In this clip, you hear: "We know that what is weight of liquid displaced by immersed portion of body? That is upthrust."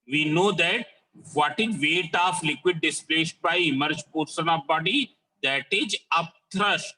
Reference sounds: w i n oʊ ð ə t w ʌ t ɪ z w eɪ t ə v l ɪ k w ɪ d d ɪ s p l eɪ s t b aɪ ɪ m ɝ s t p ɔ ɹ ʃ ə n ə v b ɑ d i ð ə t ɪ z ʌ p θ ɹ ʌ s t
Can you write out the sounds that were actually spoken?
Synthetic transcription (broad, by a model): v i n oʊ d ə t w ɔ t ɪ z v eɪ t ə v l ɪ k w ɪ d d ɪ s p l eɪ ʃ b aɪ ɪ m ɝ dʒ p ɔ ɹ s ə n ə b ɑ d i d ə t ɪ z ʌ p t ɹ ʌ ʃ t